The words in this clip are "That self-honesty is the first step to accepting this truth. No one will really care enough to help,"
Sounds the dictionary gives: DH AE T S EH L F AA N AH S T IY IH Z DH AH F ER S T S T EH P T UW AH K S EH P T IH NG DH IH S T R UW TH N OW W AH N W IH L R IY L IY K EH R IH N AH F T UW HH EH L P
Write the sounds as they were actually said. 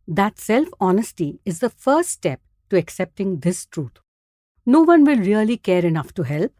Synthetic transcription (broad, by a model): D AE T S EH L F AA N AH S T IY IH Z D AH F ER S T S T EH P T UW AH K S EH P T IH NG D IH S T R UW T N OW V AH N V IH L R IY L IY K EH R IH N AH F T UW HH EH L P